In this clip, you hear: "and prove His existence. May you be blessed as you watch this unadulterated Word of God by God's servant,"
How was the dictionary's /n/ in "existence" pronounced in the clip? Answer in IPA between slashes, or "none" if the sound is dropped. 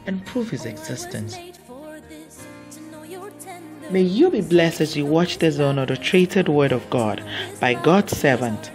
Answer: /n/